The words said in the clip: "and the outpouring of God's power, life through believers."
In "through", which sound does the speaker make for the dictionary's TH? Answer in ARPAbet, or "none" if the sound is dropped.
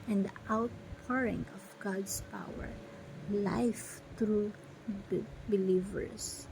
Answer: T